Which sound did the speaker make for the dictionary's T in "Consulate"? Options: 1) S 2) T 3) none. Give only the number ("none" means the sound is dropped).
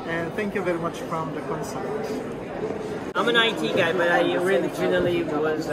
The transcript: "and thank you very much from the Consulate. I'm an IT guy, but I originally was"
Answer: 3